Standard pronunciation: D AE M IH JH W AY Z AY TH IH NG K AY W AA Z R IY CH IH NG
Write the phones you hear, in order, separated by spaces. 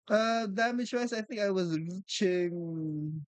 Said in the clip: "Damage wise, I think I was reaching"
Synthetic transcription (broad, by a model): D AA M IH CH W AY S AY TH IH NG K AY W AA Z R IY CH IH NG